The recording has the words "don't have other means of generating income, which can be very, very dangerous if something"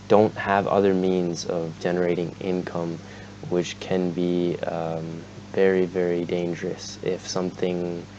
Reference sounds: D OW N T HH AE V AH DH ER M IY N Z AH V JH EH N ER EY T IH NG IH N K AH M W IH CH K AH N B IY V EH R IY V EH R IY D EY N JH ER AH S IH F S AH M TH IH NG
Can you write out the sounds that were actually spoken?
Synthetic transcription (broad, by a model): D OW N T HH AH V AH DH ER M IY N Z AH V JH EH N ER EY T IH NG IH N K AH M W IH CH K AH N B IY V EH R IY V EH R IY D EY N JH ER AH S IH F S AH M TH IH NG